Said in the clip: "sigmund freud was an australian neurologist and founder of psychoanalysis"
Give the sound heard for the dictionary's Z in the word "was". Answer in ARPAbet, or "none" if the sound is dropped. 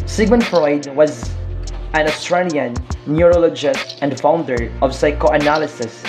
Z